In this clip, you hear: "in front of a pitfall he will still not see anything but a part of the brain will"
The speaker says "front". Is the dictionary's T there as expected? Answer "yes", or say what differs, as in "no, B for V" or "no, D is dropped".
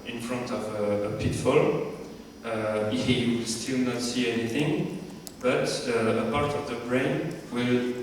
yes